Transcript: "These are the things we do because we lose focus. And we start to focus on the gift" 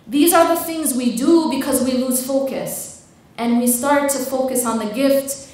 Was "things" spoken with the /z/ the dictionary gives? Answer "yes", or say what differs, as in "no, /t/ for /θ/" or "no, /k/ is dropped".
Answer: yes